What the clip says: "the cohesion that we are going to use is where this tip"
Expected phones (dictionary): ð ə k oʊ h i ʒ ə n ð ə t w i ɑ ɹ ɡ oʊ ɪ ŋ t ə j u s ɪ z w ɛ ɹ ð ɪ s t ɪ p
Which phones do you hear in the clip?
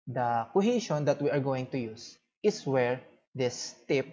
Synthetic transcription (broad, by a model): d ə k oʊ h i ʃ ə n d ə t w i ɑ ɹ ɡ oʊ ɪ ŋ t ə j u s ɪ s w ɛ ɹ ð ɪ s t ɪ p